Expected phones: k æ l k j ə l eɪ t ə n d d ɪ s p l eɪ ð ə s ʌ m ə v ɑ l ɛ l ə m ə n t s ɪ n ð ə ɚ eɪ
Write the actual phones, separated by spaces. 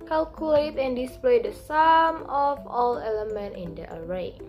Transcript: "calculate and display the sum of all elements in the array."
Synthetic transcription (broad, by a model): k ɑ l k j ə l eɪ t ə n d d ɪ s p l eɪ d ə s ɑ m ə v ɑ l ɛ l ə m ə n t ɪ n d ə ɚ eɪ